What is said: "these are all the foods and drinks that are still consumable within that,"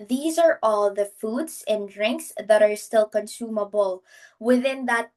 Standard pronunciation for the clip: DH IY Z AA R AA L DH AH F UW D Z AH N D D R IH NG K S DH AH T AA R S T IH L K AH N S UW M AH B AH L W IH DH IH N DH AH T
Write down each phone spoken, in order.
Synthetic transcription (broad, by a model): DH IY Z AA R AA L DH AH F UW D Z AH N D D R IH NG K S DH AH T AA R S T IH L K AH N S UW M AH B AH L W IH DH IH N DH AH T